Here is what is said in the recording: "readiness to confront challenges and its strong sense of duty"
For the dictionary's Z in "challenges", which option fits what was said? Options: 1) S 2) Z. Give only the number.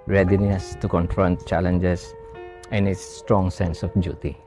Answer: 1